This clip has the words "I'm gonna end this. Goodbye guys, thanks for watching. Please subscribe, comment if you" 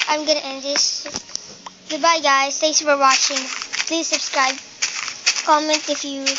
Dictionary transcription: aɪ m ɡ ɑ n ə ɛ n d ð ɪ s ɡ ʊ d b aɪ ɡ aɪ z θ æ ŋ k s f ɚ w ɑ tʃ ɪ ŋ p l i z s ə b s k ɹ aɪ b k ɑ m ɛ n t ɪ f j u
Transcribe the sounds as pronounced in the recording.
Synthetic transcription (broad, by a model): aɪ m ɡ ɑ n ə ɛ n d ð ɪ s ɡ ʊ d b aɪ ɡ aɪ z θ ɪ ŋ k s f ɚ w ɑ tʃ ɪ ŋ p l i z s ə b s k ɹ aɪ b k ɑ m ɛ n t ɪ f j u